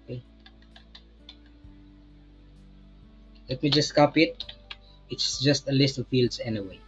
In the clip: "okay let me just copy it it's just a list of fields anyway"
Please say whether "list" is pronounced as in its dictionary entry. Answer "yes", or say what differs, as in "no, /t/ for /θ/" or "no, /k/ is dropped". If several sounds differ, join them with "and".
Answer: yes